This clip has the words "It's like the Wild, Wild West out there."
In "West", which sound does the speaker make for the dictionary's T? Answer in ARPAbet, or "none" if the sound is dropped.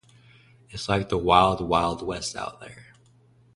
T